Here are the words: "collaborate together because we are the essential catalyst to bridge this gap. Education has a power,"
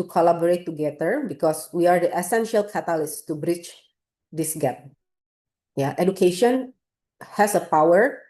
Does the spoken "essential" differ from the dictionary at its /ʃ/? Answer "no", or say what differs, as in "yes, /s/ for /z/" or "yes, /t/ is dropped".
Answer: no